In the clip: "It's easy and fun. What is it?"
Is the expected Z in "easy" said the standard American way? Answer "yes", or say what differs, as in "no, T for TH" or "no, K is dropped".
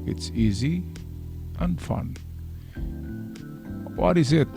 yes